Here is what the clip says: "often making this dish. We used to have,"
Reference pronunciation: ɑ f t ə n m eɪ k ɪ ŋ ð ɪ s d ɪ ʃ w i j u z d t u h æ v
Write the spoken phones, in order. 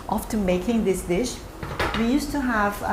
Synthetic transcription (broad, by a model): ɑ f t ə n m eɪ k ɪ ŋ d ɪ s d ɪ ʃ w i j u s t u h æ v